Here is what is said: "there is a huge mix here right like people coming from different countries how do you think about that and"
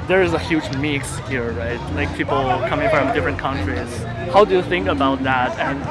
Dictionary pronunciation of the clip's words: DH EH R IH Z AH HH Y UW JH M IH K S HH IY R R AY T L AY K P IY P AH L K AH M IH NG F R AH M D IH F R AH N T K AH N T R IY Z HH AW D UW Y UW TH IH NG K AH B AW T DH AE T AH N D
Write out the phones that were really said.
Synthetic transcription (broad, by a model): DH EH R IH Z AH HH Y UW JH M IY K S HH IY R R AY T L AY K P IY P L K AH M IH NG F R AH M D IH F R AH N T K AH N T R IY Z HH AW D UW Y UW TH IH NG K AH B AW T DH AE T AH N